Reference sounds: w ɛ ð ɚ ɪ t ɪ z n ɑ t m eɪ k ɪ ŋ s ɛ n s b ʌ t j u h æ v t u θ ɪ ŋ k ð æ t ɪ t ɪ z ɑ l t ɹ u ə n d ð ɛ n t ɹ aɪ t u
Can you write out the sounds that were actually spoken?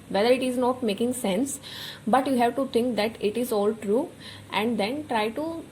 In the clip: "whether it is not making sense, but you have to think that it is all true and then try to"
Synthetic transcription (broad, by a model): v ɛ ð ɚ ɪ t ɪ z n ɑ t m eɪ k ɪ ŋ s ɛ n s b ʌ t j u h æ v t u t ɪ ŋ k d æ t ɪ t ɪ z ɑ l t ɹ u ə n d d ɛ n t ɹ aɪ t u